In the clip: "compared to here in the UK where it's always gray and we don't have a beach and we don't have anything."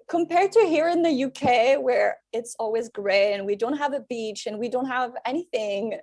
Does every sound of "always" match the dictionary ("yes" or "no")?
yes